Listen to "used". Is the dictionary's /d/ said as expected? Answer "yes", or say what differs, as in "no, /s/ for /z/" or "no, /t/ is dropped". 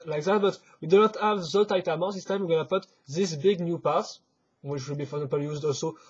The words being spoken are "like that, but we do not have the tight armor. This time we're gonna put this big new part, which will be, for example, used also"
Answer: yes